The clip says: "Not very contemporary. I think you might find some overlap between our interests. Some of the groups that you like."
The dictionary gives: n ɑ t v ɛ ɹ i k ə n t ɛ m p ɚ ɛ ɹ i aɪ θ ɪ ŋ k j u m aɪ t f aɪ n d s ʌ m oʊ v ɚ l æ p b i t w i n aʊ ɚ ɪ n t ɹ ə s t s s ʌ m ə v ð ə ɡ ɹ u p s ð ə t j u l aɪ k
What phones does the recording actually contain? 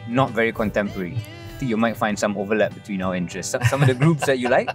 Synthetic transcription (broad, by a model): n ɑ t v ɛ ɹ i k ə n t ɛ m p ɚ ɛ ɹ i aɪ t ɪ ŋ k j u m aɪ t f aɪ n d s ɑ m oʊ v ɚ l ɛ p b i t w i n aʊ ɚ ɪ n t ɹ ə s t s s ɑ m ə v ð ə ɡ ɹ u p s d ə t j u l aɪ k